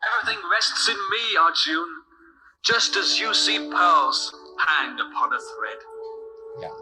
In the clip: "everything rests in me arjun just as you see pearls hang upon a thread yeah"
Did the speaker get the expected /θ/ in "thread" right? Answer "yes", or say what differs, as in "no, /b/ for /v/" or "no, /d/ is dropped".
yes